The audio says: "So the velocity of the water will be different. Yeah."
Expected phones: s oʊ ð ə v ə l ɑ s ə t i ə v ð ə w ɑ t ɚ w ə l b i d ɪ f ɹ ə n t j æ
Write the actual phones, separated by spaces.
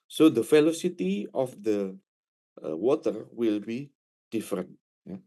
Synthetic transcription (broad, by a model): s oʊ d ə f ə l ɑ s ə t i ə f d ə w ɑ t ɚ w ə l b i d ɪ f ɹ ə n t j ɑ